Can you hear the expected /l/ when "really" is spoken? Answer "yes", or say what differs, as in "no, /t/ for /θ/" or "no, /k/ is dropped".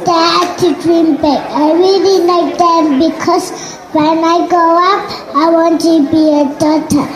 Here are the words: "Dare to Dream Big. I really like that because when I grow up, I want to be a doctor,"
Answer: yes